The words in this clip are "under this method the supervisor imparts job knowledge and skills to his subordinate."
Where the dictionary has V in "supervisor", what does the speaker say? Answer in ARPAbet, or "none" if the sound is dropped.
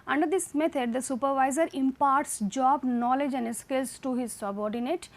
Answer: V